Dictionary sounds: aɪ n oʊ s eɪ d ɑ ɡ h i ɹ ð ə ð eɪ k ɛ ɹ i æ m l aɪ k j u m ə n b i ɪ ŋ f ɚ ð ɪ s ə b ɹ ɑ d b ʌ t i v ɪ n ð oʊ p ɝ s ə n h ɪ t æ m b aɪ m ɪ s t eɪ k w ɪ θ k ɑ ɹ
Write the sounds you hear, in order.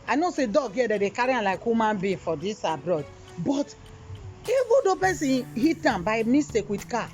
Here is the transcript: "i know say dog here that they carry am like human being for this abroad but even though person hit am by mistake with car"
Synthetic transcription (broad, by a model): aɪ n oʊ s eɪ d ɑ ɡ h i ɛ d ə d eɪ k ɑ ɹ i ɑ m l aɪ k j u m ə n b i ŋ f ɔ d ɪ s ə b ɹ ɑ d b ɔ t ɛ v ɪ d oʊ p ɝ s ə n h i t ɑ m b aɪ m ɪ s t eɪ k w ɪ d k ɑ